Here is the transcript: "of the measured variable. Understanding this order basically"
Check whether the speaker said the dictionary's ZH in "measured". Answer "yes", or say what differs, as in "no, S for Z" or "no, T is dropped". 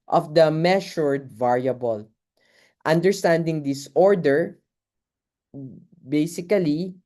no, SH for ZH